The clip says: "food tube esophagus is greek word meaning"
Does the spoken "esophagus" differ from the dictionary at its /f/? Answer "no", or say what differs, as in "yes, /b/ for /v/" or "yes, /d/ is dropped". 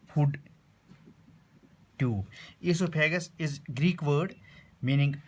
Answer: yes, /p/ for /f/